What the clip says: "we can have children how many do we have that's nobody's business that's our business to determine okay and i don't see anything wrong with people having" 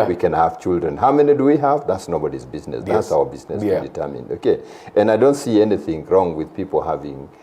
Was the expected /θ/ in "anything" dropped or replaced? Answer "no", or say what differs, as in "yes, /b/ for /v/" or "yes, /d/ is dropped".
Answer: no